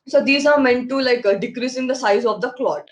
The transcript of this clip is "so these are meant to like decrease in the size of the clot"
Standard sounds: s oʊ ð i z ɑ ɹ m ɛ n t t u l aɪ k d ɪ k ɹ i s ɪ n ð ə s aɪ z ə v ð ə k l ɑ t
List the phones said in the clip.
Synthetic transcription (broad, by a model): s oʊ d i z ɑ ɹ m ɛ n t t u l aɪ k d ɪ k ɹ i s ɪ n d ə s aɪ z ə v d ə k l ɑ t